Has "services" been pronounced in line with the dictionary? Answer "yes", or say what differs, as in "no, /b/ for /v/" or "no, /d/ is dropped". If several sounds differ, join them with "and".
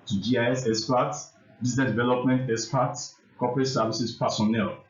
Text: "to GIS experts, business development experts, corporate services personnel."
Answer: no, /s/ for /z/